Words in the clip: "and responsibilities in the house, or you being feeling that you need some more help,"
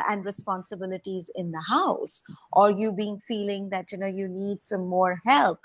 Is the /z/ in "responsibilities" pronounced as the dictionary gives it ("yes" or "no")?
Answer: yes